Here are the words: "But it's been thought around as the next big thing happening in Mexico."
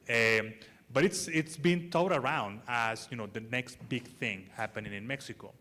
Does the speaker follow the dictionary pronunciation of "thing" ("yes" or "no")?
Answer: yes